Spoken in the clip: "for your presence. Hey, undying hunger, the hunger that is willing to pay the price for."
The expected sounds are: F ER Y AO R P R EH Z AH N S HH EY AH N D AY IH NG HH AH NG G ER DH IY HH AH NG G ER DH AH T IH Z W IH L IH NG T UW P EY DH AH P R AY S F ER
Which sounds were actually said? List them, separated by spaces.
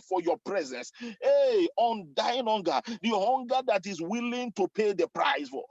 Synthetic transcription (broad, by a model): F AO Y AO P R EH Z AH N S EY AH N D AY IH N HH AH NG G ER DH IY HH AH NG G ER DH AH T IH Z W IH L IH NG T UW P EY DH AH P R AY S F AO